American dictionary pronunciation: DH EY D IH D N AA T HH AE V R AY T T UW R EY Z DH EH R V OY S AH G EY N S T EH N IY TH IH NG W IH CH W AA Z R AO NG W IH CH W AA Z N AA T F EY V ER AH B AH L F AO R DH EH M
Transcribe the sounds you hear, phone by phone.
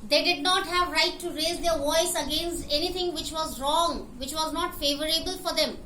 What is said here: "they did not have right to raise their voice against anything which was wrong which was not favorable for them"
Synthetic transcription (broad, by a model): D EY D IH D N AA T HH AE V R AY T T UW R EY Z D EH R V OY S AH G EY N S T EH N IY T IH NG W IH CH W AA Z R AO NG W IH CH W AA Z N AA T F EY V ER AH B AH L F AO R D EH M